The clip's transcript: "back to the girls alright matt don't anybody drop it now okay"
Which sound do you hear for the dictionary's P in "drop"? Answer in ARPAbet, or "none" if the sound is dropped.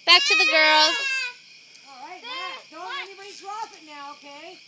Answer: F